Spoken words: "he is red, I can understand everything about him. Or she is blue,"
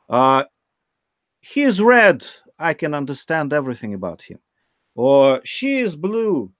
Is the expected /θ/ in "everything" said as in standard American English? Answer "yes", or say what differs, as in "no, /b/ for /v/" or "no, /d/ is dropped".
yes